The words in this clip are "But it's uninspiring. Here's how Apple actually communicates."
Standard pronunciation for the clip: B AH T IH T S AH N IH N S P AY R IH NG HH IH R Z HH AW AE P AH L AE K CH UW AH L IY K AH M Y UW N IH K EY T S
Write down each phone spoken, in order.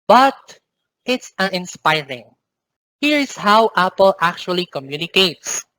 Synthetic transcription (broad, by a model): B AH T IH T S AH N IH N S P AY R IH NG HH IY R S HH AW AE P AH L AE K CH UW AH L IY K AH M Y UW N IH K EY T S